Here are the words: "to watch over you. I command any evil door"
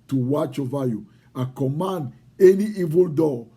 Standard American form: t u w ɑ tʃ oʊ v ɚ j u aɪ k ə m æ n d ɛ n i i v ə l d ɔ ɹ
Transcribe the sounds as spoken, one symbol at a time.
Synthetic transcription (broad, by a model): t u w ɑ tʃ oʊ v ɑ j u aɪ k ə m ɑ n d ɛ n i i v ə l d ɔ